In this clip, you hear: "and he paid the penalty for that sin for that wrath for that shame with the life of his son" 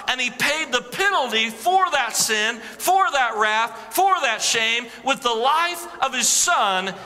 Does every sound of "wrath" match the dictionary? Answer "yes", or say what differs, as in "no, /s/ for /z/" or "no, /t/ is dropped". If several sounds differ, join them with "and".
yes